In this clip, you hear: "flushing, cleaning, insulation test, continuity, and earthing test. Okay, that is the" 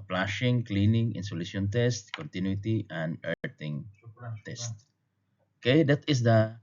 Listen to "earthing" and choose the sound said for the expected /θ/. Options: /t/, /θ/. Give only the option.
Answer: /t/